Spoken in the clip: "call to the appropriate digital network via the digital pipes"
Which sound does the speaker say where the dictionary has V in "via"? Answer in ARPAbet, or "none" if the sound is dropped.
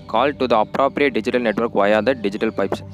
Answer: V